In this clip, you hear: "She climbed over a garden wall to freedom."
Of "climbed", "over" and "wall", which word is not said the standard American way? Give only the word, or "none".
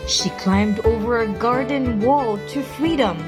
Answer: none